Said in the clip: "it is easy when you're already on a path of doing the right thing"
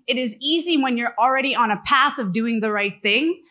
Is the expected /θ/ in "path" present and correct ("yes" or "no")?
yes